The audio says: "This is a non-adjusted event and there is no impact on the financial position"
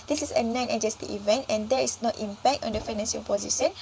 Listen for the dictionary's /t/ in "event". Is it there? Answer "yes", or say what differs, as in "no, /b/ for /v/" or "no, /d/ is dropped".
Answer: yes